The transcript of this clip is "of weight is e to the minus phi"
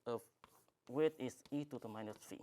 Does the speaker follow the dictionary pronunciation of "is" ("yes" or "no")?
no